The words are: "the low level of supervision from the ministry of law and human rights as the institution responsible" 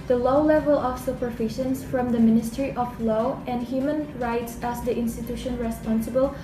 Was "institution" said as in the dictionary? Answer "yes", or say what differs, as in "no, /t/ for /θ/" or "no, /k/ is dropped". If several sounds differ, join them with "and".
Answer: yes